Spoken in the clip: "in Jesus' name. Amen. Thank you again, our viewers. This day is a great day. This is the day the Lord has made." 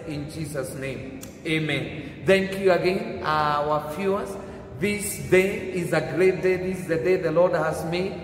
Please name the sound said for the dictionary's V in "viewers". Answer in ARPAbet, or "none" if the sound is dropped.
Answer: F